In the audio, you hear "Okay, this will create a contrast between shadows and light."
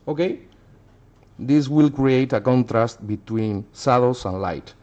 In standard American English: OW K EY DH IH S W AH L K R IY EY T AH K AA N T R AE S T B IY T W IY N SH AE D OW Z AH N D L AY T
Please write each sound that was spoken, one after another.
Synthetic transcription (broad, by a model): OW K EY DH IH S W AH L K R IY EY T AH K AA N T R AE S T B IY T W IY N S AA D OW S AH N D L AY T